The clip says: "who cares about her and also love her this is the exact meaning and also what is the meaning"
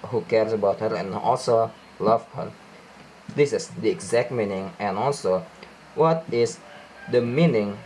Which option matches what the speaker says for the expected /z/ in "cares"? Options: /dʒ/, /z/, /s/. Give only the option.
/s/